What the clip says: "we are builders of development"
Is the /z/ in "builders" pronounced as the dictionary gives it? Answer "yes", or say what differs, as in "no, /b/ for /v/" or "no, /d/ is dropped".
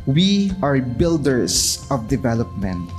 no, /s/ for /z/